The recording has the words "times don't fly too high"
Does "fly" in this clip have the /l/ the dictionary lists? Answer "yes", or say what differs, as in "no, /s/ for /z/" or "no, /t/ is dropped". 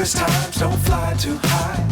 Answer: yes